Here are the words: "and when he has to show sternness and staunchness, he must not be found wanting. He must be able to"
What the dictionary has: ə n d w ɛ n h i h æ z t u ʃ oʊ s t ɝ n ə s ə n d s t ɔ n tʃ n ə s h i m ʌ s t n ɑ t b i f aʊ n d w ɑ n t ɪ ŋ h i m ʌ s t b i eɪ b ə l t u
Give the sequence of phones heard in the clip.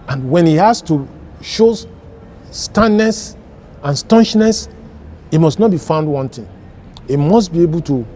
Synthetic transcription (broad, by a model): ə n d w ɛ n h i h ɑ s t u ʃ oʊ s t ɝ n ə s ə n s t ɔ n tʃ n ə s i m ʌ s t n ɑ t b i f aʊ n d w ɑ n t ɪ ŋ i m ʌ s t b i eɪ b ə l t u